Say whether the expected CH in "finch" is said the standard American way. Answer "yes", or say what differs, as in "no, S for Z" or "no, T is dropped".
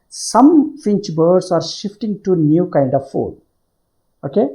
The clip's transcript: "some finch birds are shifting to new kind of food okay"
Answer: yes